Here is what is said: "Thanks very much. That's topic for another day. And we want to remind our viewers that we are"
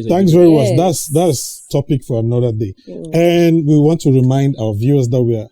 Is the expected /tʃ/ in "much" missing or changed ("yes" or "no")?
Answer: yes